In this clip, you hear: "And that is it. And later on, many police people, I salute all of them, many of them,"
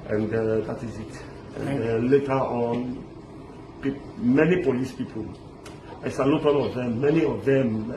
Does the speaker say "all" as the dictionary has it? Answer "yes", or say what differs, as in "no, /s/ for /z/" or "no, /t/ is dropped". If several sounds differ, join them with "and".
no, /n/ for /l/